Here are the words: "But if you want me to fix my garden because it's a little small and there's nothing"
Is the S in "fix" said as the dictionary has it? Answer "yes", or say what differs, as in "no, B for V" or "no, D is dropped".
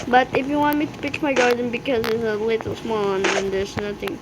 no, S is dropped